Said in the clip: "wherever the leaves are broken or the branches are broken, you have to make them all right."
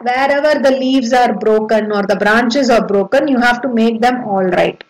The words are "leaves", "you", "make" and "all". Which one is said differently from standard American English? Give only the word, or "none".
none